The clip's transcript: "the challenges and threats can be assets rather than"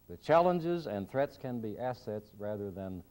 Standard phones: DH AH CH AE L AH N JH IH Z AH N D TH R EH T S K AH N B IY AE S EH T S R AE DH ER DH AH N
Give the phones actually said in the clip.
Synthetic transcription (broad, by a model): DH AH CH AE L AH N JH IH Z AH N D TH R EH T S K AH N B IY AE S EH T S R AE DH ER DH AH N